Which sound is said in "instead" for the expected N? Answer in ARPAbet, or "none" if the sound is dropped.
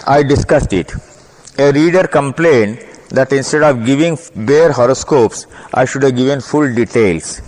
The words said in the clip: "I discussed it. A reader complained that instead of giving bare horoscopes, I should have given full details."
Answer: N